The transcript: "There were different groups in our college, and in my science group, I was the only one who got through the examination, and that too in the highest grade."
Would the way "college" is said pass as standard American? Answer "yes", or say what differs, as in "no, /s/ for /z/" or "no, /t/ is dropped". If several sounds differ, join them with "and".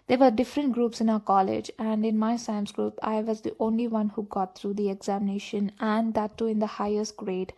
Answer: yes